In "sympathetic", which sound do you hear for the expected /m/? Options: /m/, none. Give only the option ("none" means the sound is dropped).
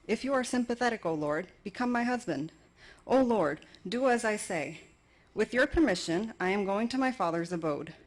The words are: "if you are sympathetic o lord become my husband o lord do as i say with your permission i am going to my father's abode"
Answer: /m/